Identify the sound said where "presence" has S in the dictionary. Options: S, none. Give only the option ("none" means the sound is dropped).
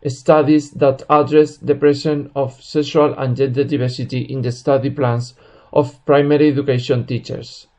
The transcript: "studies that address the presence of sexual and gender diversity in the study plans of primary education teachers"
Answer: none